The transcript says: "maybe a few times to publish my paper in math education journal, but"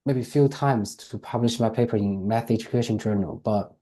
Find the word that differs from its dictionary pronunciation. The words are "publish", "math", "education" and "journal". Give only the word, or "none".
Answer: none